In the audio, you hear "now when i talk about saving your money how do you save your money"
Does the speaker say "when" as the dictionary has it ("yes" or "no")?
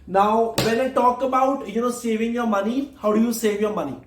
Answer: no